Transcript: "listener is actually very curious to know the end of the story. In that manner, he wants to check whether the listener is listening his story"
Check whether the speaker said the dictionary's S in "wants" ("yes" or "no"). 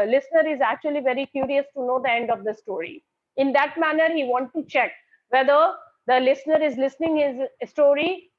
no